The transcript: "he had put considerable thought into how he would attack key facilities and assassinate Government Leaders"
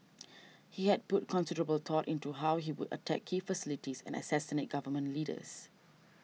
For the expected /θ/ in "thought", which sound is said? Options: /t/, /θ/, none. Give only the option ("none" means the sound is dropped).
/t/